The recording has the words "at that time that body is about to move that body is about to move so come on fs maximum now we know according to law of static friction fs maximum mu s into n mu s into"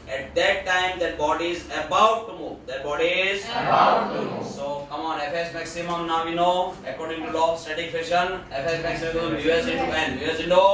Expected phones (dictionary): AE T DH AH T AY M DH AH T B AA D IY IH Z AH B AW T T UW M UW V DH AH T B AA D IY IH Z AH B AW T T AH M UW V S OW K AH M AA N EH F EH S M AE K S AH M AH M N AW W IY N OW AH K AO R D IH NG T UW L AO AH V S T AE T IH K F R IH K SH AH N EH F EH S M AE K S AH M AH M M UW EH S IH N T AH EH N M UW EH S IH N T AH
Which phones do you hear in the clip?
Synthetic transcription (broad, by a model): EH T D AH T AY M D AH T B AA D IY IH Z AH B AW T T UW M UW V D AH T B AA D IY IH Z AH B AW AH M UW S OW K AH M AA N EH F EH S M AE K S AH M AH M N AW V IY N OW AH K AO R D IH NG T UW L AO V S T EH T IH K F IH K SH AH N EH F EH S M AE K S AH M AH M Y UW EH S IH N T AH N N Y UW EH S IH N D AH